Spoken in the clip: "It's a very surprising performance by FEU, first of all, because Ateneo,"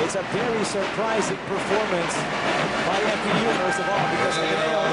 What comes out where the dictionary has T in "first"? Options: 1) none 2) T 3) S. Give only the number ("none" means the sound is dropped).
1